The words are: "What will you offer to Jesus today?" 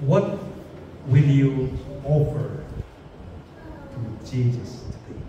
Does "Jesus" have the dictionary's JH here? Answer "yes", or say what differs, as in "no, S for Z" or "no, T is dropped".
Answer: no, CH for JH